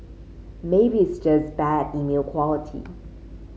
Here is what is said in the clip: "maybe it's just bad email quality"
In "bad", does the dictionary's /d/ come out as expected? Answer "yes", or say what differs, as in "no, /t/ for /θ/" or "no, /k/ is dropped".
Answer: yes